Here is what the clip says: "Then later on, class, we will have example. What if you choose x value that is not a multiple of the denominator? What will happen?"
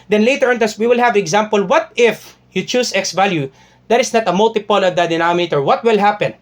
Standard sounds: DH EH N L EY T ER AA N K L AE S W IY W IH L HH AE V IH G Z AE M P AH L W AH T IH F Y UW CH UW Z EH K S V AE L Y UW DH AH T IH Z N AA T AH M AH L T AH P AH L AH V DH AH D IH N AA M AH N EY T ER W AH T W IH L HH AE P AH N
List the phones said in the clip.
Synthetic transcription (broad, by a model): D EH N L EY T ER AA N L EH S W IY W IH L HH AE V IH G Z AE M P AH L W AH T IH F Y UW CH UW S EH K S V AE L Y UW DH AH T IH S N AA T AH M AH L T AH P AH L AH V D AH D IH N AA M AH EY T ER W AH T W IH L HH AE P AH N